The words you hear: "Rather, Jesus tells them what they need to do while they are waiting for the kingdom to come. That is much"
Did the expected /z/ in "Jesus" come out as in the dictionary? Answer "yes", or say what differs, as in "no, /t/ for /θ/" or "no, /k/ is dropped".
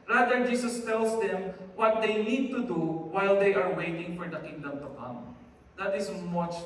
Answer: no, /s/ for /z/